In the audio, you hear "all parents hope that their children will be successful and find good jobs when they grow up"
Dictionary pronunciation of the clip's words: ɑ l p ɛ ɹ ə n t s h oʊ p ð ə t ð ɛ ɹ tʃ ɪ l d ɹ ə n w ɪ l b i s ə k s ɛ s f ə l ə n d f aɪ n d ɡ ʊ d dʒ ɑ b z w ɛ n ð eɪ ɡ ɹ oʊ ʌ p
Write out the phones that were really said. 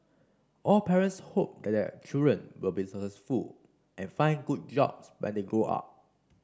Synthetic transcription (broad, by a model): ɑ l p ɛ ɹ ə n t s h oʊ p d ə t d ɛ tʃ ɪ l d ɹ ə n w ɪ l b i s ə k s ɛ s f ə l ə n f aɪ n ɡ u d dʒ ɑ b s w ɛ n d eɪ ɡ oʊ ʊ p